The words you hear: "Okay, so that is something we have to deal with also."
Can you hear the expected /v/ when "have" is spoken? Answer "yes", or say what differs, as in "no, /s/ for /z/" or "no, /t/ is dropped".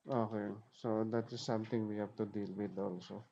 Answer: no, /p/ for /v/